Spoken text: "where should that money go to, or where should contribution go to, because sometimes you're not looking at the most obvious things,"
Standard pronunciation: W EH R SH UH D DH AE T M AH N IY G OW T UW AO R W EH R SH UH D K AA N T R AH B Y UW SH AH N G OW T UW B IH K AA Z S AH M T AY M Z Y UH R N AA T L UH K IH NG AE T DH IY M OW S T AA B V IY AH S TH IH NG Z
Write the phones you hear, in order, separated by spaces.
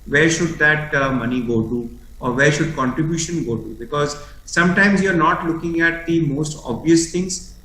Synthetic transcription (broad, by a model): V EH R SH UH D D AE T M AH N IY G OW T UW AO R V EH R SH UH D K AA N T R AH B Y UW SH AH N G OW T UW B IH K AA Z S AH M T AY M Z Y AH R N AA T L UH K IH NG AE T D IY M OW S T AA B V IY AH S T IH NG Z